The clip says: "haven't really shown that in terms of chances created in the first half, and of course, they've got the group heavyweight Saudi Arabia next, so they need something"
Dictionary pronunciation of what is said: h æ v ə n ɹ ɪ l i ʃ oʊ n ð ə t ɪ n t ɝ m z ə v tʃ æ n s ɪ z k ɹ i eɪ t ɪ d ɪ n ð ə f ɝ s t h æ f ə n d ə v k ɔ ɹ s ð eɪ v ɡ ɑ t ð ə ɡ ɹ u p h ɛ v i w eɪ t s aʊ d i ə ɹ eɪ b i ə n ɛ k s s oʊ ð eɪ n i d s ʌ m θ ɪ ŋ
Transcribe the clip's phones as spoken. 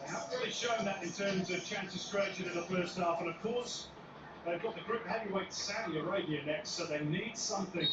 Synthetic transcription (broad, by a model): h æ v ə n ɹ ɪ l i ʃ oʊ n ð ə t ɪ n t ɝ m z ə v tʃ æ n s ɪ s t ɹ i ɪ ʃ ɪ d ɪ n ð ə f ɝ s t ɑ f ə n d ə v k ɔ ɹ s ð eɪ v ɡ ɑ t ð ə ɡ ɹ u p h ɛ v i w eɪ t s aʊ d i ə ɹ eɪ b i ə n ɛ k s s oʊ ð eɪ n i d s ʌ m θ ɪ ŋ